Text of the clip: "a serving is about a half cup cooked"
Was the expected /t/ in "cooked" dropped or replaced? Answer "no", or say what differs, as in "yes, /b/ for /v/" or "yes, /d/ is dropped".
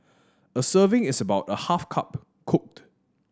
no